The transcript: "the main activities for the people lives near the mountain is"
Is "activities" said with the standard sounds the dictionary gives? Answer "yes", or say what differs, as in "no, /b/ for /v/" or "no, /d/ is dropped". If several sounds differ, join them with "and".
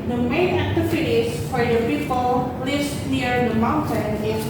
no, /f/ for /v/